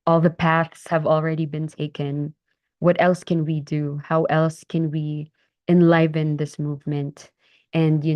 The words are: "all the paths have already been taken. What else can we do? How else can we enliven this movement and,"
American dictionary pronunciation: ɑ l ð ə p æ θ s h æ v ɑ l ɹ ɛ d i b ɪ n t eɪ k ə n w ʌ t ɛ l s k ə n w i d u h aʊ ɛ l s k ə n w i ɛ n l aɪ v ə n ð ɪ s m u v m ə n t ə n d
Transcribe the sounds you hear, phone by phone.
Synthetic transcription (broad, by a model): ɑ l ð ə p æ θ s h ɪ v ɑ l ɹ ɛ d i b ɪ n t eɪ k ə n w ʌ t ɛ l s k ə n w i d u h aʊ ɛ l s k ə n w i ɛ n l aɪ v ə n ð ɪ s m u v m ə n t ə n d